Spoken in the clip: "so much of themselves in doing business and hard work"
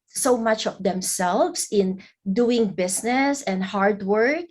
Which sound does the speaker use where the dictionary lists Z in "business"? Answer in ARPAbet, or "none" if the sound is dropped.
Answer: S